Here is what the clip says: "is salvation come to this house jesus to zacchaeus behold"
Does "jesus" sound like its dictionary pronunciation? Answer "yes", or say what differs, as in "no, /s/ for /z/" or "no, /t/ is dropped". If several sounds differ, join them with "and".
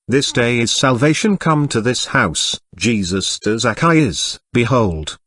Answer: yes